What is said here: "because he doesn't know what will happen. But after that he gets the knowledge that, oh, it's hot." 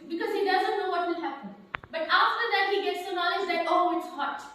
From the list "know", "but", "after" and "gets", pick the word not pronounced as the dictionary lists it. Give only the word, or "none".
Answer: none